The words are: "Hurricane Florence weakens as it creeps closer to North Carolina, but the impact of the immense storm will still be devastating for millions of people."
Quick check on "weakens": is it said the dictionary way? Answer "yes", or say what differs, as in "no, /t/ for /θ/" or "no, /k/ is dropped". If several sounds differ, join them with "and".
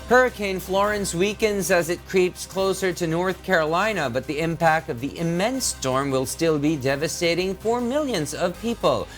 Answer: yes